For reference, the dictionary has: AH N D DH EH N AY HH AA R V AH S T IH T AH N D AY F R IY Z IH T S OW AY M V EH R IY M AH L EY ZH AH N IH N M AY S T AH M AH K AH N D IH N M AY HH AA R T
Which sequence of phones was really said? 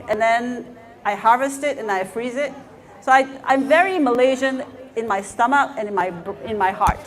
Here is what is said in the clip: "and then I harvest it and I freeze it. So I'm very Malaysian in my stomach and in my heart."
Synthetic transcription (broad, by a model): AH N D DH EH N AY HH AA R V AH S T IH T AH N AY F R IY Z IH T S OW AY M V EH R IY M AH L EY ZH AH N IH N M AY S T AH M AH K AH N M IH N M AY HH AA R T